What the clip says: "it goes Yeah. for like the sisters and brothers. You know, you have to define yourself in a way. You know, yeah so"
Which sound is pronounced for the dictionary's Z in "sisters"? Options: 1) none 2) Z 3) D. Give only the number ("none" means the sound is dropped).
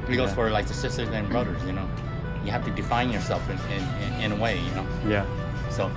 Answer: 2